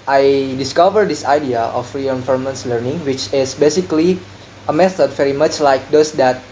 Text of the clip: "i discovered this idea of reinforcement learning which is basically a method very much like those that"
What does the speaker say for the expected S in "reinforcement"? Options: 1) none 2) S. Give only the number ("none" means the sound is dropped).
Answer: 1